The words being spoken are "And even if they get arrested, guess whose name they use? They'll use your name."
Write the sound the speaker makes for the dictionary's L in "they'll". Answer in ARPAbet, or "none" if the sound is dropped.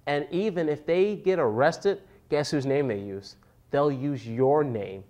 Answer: L